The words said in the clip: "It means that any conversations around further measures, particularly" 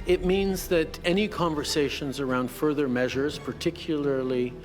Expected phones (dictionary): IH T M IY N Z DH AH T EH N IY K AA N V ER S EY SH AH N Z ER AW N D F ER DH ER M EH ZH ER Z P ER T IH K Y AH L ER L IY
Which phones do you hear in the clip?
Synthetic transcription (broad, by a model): IH T M IY N Z DH AH T EH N IY K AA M V ER S EY SH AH N Z ER AW N D F ER DH ER M EH ZH ER Z P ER T IH K Y L ER L IY